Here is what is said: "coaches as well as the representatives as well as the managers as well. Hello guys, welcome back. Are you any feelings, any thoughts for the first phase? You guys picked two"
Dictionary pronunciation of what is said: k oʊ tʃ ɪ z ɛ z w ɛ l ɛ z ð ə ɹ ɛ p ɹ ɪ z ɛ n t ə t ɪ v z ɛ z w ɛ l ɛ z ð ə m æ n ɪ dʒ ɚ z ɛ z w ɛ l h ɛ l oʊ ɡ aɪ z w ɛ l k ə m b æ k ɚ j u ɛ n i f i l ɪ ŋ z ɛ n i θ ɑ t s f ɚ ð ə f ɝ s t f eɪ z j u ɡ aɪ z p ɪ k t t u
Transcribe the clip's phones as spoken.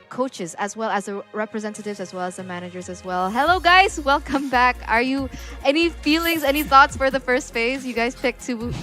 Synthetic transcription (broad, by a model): k oʊ tʃ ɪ z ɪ z w ɛ l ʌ z ð ə ɹ ɛ p ɹ ɪ z ɛ n t ə t ɪ v z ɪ z w ɛ l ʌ z ð ə m æ n ɪ dʒ ɚ z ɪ z w ɛ l h ɛ l oʊ ɡ aɪ z w ɛ l k ə m b æ k ɚ j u ɛ n i f i l ɪ ŋ z ɛ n i θ ɑ t s f ɚ ð ə f ɝ s t f eɪ z j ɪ ɡ aɪ z p ɪ k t t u